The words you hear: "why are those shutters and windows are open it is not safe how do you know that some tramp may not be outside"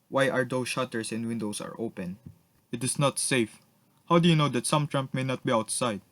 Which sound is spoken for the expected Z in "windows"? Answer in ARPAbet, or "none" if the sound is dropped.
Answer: S